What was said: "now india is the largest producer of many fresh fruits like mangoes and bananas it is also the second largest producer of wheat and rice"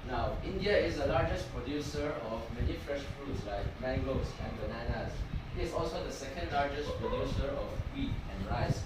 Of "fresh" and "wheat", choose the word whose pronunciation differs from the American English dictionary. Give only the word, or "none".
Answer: none